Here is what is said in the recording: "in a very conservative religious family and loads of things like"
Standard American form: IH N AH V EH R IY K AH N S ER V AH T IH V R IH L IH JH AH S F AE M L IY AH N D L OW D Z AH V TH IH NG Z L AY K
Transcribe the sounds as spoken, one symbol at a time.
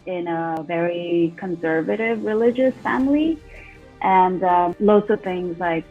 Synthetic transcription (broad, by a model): IH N AH V EH R IY K AH N S ER V AH T IH V R IH L IH JH AH S F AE M L IY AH N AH L OW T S AH V TH IH NG Z L AY K